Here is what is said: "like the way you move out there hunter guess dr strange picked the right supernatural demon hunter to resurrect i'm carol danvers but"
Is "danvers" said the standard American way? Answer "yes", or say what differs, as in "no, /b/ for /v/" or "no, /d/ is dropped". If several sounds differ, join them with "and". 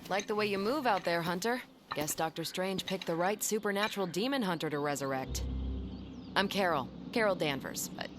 yes